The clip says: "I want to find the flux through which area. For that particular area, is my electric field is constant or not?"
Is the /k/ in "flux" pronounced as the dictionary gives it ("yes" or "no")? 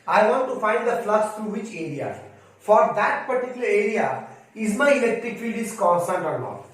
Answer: no